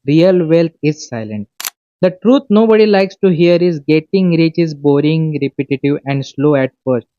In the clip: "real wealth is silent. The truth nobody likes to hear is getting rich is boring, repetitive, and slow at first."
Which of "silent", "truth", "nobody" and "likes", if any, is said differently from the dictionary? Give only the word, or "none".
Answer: truth